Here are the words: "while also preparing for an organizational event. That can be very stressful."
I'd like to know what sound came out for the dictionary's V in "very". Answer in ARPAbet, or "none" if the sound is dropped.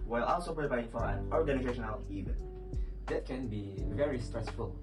V